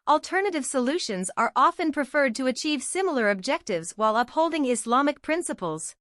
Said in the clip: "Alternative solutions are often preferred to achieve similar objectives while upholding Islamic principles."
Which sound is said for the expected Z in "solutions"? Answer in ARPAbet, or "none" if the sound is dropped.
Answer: Z